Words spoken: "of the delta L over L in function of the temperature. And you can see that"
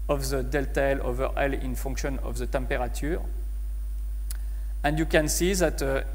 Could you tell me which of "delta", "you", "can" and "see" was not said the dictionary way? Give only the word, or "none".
none